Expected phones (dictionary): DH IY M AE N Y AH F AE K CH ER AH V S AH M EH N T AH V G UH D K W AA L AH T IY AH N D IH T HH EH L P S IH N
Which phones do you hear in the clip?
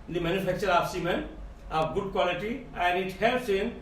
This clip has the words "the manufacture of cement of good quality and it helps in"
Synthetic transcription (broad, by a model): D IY M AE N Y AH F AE K CH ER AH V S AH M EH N AH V G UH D K W AA L AH T IY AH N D IH T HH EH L S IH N